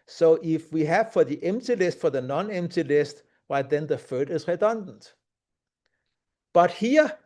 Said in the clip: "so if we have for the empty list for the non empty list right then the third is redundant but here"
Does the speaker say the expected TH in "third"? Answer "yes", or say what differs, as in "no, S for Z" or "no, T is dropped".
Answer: no, F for TH